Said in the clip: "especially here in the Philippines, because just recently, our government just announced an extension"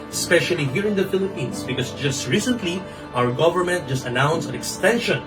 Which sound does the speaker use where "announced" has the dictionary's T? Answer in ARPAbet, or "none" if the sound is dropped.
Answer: none